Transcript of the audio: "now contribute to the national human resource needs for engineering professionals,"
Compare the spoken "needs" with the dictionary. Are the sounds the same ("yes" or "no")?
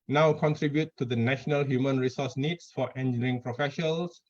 no